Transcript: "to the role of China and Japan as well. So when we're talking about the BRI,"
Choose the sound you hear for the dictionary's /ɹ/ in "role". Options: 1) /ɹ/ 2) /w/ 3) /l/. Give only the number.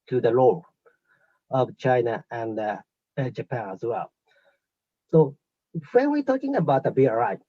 3